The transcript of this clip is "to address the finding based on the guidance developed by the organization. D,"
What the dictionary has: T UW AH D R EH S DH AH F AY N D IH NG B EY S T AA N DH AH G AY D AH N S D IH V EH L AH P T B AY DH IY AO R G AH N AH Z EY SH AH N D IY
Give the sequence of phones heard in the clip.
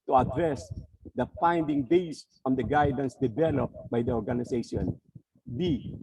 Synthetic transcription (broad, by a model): T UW AH D R EH S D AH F AY N D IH NG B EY S AA N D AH G AY D AH N S D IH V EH L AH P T B AY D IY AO R G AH N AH S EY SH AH N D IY